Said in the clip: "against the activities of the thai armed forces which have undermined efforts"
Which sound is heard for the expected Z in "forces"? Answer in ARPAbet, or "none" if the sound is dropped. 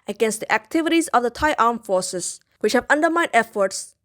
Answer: S